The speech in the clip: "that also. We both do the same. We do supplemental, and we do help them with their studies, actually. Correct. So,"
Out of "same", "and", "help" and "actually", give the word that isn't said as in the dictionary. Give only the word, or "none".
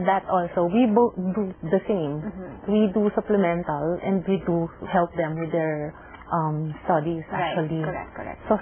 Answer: actually